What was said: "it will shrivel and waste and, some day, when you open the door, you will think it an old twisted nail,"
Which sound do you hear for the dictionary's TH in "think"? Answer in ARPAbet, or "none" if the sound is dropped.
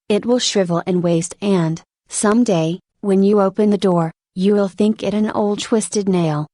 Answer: TH